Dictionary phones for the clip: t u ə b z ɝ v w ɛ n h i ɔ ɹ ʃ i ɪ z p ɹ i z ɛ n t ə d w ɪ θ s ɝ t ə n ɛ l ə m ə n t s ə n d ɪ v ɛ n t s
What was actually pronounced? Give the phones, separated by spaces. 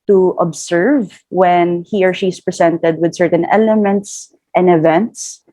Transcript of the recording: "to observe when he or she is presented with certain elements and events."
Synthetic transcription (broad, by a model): t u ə b s ɝ v w ɛ n h i ɔ ɹ ʃ i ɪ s p ɹ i s ɛ n t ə d w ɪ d s ɝ t ə n ɛ l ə m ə n t s ə n d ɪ v ɛ n t s